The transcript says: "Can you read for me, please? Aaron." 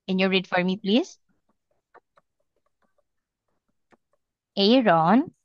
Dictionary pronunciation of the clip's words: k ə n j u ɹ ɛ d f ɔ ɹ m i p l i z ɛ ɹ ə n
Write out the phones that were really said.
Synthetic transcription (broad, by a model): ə n j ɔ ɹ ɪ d f ɔ ɹ m i p l i z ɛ ɹ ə n